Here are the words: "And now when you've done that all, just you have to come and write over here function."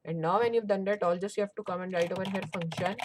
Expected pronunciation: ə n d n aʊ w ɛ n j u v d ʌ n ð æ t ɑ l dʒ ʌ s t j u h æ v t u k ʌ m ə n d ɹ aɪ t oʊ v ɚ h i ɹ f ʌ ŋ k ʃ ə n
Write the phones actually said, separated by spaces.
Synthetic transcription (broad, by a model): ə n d n aʊ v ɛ n j u v d ʌ n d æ t ɑ l dʒ ʌ s t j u h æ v t u k ʌ m ə n d ɹ aɪ t oʊ v ɚ h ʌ ɹ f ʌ ŋ k ʃ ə n